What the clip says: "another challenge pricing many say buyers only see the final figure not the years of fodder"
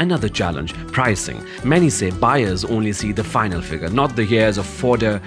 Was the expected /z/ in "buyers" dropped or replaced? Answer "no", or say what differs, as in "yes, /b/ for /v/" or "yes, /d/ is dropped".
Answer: no